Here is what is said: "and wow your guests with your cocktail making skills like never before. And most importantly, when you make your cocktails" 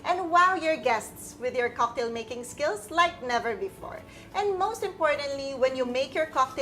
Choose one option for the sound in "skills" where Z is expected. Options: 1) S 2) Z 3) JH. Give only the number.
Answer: 1